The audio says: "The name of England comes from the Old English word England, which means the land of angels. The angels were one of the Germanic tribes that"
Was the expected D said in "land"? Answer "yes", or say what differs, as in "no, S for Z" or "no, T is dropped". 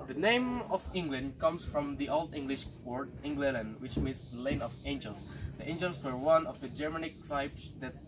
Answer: no, D is dropped